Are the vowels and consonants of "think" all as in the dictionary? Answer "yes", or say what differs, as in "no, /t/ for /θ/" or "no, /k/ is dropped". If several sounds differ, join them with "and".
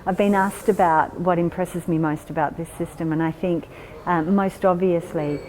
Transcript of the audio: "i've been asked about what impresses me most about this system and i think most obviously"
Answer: yes